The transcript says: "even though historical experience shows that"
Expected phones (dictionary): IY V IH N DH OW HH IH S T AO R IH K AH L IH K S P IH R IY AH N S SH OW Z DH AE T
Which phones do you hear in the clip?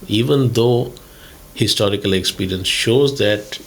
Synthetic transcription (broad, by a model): IY V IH N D OW HH IH S T AO R IH K AH L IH K S P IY R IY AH N S SH OW Z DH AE T